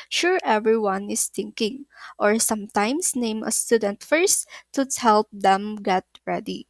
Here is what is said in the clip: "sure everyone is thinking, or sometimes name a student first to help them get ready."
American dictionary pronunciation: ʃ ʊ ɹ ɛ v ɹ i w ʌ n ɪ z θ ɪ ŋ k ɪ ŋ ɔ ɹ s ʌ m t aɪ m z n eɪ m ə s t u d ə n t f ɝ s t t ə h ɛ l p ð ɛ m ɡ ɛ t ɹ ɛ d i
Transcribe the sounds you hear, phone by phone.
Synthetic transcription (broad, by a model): ʃ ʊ ɹ ɛ v ɹ i w ʌ n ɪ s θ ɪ ŋ k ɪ ŋ ɔ ɹ s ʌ m t aɪ m s n eɪ m ə s t u d ə n t f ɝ s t t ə h ɛ l p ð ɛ m ɡ ɛ t ɹ ɛ d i